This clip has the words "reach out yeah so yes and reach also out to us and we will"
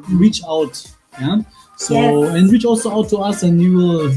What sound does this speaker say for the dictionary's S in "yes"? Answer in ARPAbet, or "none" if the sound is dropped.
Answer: none